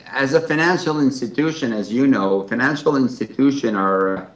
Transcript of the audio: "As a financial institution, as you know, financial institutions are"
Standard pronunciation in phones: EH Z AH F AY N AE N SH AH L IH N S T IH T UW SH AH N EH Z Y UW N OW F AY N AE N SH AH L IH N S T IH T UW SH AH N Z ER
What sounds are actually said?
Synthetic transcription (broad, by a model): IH Z AH F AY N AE N SH L IH N S T IH T UW SH AH N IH Z Y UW N OW F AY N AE N SH L IH N S T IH T UW SH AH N ER